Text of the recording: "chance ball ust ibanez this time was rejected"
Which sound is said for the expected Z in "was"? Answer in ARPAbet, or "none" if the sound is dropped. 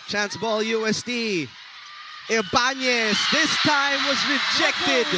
Z